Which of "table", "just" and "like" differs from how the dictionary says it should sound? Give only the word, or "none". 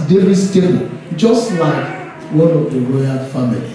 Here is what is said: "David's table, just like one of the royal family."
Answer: table